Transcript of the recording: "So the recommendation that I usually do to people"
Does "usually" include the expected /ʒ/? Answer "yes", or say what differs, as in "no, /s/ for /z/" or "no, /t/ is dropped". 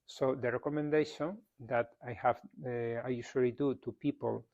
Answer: no, /ʃ/ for /ʒ/